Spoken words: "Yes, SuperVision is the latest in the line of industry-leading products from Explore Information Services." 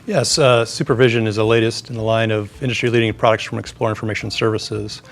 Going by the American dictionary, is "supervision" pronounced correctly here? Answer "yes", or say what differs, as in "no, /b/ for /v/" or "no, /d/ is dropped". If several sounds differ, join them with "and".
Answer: yes